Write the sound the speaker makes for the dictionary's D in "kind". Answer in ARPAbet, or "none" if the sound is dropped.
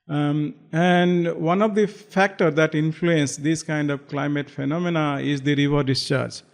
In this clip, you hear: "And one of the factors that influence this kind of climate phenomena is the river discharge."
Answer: D